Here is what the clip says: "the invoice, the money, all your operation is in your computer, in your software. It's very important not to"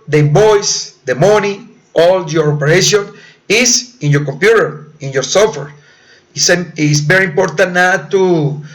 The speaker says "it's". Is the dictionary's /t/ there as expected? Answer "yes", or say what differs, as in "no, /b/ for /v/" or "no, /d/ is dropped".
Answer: no, /s/ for /t/